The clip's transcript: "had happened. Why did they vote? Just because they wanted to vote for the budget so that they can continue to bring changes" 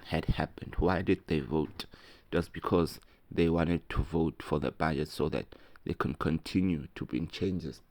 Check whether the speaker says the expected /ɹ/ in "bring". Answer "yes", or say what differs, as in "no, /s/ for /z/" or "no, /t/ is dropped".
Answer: no, /ɹ/ is dropped